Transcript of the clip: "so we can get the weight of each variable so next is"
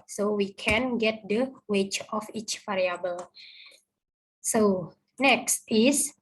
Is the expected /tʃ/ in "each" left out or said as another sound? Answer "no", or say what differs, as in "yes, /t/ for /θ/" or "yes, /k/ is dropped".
no